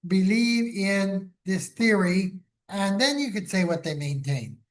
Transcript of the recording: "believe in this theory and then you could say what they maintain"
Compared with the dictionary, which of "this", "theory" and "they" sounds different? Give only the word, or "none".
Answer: none